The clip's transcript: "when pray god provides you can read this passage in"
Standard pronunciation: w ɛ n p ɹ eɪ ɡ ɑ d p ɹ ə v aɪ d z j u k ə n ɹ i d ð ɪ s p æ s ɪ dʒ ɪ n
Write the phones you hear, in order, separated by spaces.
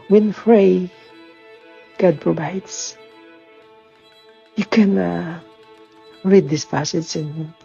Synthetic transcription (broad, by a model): w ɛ n f ɹ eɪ ɡ ɑ d p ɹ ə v aɪ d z j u k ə n ɹ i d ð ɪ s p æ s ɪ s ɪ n